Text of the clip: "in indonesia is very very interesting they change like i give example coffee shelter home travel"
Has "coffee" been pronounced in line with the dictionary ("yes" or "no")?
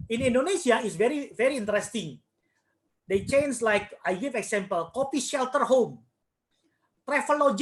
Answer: no